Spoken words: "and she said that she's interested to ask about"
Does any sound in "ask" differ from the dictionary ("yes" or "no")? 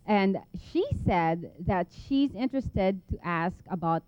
no